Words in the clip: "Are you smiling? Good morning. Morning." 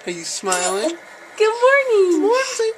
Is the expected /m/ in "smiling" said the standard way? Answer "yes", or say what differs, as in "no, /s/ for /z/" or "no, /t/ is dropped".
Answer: yes